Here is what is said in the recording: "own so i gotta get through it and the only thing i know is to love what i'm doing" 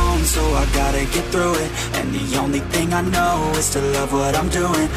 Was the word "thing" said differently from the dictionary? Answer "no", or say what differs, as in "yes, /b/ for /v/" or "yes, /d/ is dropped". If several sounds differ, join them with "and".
no